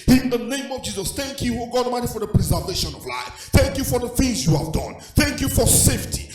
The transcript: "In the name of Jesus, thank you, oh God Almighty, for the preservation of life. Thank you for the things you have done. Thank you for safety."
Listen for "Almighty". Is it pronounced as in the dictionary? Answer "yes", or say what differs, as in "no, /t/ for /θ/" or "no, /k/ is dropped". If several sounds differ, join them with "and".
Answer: no, /l/ is dropped